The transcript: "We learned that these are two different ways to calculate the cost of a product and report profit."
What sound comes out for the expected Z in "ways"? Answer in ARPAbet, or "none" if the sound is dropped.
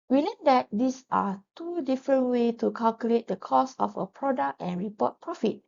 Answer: none